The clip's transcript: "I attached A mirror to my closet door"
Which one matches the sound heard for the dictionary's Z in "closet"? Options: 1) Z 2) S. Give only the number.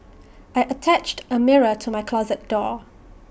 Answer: 1